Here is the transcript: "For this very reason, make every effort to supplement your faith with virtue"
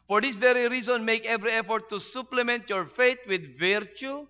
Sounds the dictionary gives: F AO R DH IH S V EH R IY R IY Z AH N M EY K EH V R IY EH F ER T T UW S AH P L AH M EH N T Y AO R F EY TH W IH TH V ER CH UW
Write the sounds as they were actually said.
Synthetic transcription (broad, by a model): F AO R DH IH S V EH R IY R IY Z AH N M EY K EH V R IY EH F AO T T UW S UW P L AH M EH N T Y AO R F EY T W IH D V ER CH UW